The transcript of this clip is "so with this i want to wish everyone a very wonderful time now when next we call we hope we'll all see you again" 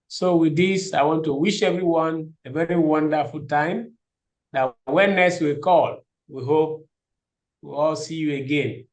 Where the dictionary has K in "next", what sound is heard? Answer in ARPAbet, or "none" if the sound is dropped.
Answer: none